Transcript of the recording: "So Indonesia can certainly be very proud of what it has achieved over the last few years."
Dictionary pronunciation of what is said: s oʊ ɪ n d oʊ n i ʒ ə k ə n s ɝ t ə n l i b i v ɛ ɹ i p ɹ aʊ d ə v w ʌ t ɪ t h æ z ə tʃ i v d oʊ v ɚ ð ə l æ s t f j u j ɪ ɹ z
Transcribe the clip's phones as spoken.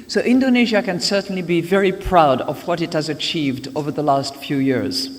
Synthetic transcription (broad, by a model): s oʊ ɪ n d oʊ n i ʒ ə k ə n s ɝ t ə n l i b i v ɛ ɹ i p ɹ aʊ d ə v w ʌ t ɪ t h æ z ə tʃ i v d oʊ v ɚ ð ə l æ s t f j u j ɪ ɹ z